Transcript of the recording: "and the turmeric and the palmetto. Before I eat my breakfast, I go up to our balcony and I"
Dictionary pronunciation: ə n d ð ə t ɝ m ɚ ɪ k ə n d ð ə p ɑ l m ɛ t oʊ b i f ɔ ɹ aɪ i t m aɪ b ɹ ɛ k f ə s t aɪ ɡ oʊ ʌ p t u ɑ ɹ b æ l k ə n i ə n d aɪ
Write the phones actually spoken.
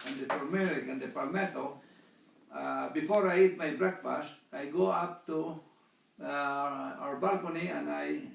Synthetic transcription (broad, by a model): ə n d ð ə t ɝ m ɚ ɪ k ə n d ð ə p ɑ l m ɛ t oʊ b i f ɔ ɹ aɪ i t m aɪ b ɹ ɛ k f ə s t aɪ ɡ oʊ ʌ p t u ɑ ɹ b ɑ l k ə n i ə n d aɪ